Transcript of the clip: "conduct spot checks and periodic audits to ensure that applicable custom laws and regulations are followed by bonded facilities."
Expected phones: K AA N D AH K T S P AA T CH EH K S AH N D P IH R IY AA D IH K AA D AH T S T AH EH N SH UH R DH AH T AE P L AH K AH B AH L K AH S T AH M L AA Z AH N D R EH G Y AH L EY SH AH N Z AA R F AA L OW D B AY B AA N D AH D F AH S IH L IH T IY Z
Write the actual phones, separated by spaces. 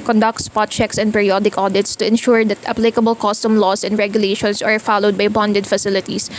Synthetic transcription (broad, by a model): K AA N D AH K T S P AA T CH EH K S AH N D P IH R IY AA D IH K AA D AH T S T AH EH N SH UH R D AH T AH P L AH K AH B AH L K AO S T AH M L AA S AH N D R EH G Y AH L EY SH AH N S AA R F AA L OW D B AY B AA N D AH D F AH S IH L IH T IY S